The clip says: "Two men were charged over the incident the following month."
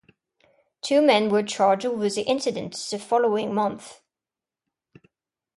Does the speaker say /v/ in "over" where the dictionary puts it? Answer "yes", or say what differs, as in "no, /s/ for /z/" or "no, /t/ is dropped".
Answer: no, /v/ is dropped